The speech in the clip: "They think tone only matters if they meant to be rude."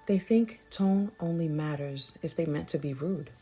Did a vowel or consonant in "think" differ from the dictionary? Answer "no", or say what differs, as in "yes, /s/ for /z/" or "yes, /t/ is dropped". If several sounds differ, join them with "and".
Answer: no